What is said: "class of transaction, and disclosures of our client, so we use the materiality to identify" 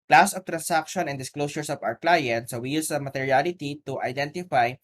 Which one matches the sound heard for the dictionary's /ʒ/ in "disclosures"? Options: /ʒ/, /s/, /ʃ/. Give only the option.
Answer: /s/